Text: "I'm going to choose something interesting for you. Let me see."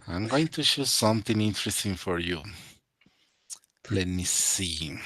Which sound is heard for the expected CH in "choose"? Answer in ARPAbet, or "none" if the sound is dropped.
SH